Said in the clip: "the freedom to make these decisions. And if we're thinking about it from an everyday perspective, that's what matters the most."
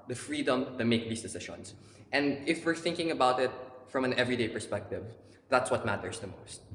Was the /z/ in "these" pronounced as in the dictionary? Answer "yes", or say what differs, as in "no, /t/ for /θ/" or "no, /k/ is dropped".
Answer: no, /s/ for /z/